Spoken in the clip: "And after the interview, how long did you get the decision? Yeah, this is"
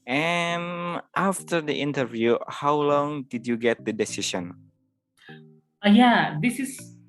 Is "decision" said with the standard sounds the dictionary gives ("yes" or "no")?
no